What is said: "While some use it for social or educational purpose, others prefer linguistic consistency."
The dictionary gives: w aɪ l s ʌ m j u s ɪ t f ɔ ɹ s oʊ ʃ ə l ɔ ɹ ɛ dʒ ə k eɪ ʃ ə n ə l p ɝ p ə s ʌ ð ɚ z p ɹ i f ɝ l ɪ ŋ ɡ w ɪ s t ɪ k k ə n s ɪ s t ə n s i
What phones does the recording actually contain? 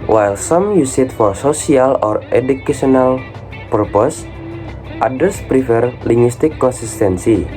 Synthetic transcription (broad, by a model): w aɪ l s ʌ m j u s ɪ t f ɔ ɹ s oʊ s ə l ɔ ɹ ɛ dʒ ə k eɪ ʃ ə n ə l p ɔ p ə s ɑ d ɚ s p ɹ i f ɝ l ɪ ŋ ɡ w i s t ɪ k k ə n s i s t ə n s i